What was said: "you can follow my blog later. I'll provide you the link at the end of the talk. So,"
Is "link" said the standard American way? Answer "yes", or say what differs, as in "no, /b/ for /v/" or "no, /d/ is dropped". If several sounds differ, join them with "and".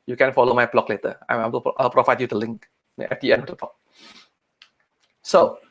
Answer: yes